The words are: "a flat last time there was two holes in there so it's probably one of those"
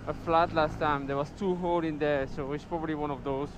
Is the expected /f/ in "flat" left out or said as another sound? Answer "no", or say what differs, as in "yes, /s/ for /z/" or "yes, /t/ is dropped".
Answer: no